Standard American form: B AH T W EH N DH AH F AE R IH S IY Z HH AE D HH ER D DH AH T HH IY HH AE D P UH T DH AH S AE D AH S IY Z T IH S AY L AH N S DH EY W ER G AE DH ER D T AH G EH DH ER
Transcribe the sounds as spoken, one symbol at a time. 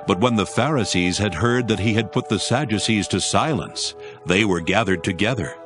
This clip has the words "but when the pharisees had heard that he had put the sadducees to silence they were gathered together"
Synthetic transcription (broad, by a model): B AH T W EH N DH AH F AE R IH S IY Z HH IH D HH ER D DH AH T HH IY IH D P UH T DH AH S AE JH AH S IY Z T IH S AY L AH N S DH EY W ER G AE DH ER D T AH G EH DH ER